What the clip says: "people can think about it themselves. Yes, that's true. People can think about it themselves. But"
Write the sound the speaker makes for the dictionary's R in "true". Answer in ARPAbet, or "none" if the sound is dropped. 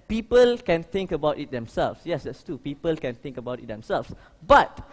none